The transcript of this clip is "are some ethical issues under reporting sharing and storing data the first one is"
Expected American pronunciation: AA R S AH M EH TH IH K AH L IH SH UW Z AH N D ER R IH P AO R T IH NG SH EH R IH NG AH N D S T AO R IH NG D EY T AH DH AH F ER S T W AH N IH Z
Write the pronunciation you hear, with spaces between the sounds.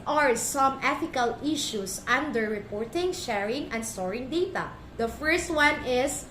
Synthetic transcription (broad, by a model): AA R S AH M EH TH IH K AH L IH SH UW S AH N D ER R IH P AO R T IH NG SH EH R IH NG AH N D S T AO R IH NG D EY T AH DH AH F ER S T W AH N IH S